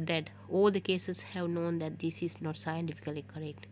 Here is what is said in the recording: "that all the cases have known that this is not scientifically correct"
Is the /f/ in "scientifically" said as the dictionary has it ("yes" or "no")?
yes